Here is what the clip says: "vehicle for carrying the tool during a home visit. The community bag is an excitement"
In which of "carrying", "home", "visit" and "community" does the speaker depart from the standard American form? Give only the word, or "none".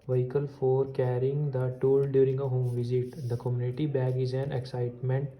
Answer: none